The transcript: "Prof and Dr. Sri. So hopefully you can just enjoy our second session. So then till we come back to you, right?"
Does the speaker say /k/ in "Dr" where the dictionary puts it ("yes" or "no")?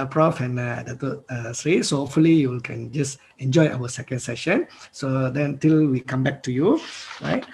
no